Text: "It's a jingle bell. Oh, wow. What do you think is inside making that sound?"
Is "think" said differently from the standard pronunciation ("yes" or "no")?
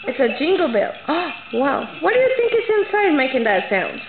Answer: no